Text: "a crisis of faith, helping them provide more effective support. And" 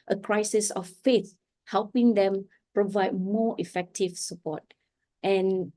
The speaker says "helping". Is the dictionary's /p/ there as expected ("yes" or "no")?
yes